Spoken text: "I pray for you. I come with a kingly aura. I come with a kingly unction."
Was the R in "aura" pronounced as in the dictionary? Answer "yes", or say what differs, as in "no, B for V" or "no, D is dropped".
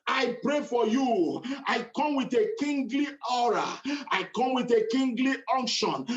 yes